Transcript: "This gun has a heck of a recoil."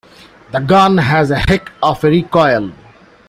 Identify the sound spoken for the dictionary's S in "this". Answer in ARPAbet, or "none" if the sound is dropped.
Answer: none